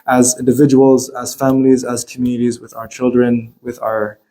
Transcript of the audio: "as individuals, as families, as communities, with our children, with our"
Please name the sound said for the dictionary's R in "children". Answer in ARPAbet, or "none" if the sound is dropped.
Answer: R